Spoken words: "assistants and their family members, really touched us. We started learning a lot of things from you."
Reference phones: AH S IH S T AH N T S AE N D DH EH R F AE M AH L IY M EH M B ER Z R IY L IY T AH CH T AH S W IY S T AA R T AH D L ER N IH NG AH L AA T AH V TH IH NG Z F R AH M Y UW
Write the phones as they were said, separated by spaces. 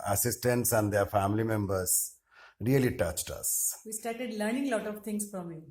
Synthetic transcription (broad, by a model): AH S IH S T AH N T S AE N D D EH R F AE M AH L IY M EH M B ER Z R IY L IY T AH CH T AH S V IY S T AA R T AH D L ER N IH NG L AA T AH V T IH NG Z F R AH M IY